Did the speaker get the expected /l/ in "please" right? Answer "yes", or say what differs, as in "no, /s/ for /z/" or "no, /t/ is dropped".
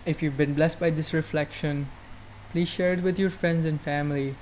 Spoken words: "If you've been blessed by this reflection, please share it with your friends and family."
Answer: yes